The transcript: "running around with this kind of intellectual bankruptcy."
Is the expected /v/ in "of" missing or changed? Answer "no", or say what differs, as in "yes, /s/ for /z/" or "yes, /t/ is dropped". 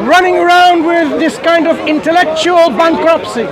no